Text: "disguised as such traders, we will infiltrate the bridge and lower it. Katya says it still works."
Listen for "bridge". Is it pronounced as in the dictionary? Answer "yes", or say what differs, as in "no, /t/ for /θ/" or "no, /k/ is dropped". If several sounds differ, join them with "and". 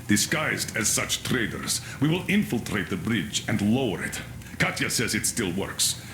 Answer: yes